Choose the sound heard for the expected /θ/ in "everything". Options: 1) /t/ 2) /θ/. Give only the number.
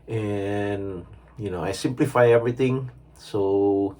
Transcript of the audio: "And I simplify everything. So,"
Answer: 1